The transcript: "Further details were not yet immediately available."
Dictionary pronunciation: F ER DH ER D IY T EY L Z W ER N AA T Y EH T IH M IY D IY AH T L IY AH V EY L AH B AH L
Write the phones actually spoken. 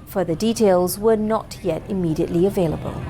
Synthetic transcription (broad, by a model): F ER DH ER D IY T EY L Z W ER N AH T Y EH T IH M IY D IY AH T L IY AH V EY L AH B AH L